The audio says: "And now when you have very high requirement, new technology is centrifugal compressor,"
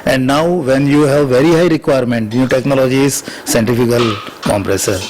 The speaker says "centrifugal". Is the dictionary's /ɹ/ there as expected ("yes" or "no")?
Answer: no